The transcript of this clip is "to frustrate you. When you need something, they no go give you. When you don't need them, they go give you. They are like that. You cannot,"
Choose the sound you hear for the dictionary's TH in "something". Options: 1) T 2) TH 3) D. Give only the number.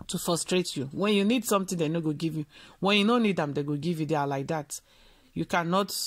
1